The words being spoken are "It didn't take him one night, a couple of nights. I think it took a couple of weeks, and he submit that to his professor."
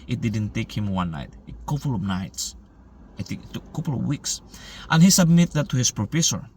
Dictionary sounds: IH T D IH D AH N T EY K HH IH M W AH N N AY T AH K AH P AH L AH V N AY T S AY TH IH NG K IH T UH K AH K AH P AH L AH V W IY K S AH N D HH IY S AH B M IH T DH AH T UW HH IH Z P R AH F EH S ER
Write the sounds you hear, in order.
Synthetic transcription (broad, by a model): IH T D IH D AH N T EY K HH IH M W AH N N AY T AH K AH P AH L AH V N AY T S AY T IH K IH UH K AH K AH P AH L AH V W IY K S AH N HH IY S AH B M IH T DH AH T UW HH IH S P R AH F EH S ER